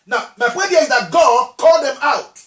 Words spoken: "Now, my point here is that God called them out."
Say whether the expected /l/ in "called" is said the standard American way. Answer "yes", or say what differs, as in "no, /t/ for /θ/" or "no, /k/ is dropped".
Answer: yes